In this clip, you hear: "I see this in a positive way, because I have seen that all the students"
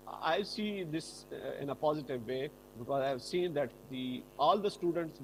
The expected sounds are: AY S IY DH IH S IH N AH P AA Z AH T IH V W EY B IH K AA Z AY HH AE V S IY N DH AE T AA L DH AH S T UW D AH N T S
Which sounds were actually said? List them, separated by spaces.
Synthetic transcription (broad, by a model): AY S IY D IH S IH N AH P AA Z AH T IH V EY B IH K AA Z AY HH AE V S IY N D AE T AA L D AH S T UW D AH N T S